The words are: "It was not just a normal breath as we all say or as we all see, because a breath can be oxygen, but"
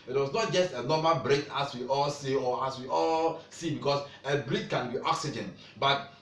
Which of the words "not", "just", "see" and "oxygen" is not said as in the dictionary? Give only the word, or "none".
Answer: none